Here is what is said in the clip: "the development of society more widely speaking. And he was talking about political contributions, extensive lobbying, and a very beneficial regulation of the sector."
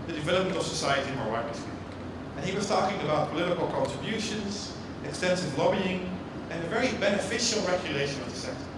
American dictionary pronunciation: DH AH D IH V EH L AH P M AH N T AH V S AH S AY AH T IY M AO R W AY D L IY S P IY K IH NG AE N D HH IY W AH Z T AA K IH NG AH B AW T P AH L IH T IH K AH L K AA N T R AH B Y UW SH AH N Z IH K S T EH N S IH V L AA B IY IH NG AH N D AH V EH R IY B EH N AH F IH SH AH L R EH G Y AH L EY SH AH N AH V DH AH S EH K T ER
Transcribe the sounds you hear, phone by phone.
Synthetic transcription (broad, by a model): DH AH D IH V EH L AH P M AH N T AH V S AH S AY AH T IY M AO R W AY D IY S IY IH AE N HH IY W AH Z T AA K IH NG AH B AW T P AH L IH T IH K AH L K AA N T R AH B Y UW SH AH N Z IH K S T EH N S IH V L AA B IY IH NG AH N AH V EH R IY B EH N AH F IH SH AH L R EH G Y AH L EY SH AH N AH V DH AH S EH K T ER